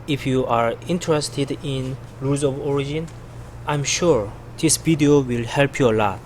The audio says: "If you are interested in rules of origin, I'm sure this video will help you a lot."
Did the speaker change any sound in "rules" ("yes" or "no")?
yes